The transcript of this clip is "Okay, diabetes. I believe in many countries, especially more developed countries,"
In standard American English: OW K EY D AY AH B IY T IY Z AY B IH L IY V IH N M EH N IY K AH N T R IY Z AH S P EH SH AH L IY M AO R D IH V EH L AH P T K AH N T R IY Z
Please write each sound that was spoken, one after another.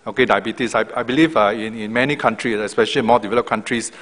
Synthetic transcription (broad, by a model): OW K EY D AY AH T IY S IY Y AY B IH L IY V IH N M EH N IY K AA N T R IY S AH S P EH SH AH L IY M AO D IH V EH L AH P K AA N T R IY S